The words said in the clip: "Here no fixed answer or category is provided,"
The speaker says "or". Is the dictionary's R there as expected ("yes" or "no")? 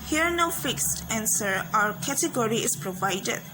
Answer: no